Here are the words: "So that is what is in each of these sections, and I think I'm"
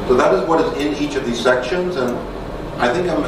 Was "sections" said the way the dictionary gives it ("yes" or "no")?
yes